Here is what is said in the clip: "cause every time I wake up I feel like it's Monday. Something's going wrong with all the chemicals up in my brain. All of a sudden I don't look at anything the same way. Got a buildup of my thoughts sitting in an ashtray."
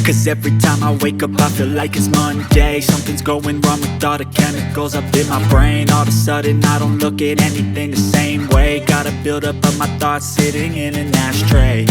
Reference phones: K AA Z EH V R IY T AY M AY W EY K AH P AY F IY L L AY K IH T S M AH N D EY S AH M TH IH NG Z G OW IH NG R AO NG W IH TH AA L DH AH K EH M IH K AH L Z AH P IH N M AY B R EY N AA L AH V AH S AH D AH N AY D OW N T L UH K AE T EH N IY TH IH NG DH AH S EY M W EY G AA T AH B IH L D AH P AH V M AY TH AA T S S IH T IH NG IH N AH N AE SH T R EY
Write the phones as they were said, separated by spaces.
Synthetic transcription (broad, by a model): K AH Z EH V R IY T AY M AY W EY K AH P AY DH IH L L AY K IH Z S M AH N D EY S AH M TH IH NG Z G OW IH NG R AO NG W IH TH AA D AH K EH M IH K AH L Z AH P IH N M AY B R EY N AA L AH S S AH D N AY D OW N T L UH K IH T EH N IY TH IH NG DH AH S EY M W EY G AA T AH B IH L D AH P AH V M AY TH AA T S S IH T IH NG IH N AH N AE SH T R EY